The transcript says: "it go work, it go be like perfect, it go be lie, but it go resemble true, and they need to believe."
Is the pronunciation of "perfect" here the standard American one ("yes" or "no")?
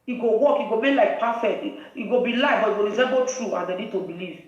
no